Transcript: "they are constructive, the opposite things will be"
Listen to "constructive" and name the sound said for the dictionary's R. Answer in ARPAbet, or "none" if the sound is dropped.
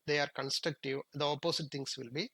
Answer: R